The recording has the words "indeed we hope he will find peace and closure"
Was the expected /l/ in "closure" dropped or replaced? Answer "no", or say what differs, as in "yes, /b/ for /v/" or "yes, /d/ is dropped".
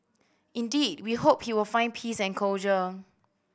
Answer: yes, /l/ is dropped